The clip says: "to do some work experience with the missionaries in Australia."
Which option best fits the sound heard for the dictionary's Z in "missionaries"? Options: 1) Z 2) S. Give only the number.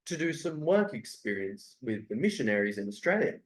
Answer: 1